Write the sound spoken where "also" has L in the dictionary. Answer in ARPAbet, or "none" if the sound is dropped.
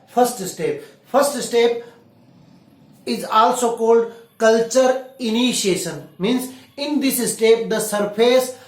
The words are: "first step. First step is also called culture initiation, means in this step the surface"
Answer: L